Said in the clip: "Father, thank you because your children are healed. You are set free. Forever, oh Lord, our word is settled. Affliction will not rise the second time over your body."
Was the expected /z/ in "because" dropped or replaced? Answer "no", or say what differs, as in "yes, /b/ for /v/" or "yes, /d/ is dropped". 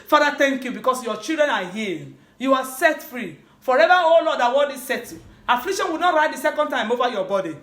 yes, /s/ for /z/